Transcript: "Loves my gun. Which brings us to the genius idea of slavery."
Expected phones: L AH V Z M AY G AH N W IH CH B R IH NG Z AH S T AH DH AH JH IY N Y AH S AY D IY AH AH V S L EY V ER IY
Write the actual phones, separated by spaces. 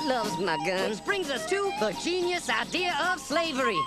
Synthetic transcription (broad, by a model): L AH V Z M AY G AH N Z B R IH NG Z AH S T AH DH AH JH IY N Y AH S AY D IY AH AH V S L EY V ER IY